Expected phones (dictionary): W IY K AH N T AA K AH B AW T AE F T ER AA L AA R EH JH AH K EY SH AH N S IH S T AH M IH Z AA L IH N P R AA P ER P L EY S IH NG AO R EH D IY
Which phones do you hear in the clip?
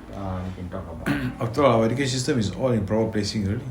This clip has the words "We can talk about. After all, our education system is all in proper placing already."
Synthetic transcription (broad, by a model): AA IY K AH N T AA K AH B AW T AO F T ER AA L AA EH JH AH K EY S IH S T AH M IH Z AA L IH N P R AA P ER P L EY S IH NG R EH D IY